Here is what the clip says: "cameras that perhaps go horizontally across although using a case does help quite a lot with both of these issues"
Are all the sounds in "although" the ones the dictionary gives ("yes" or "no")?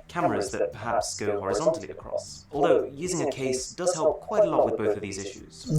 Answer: yes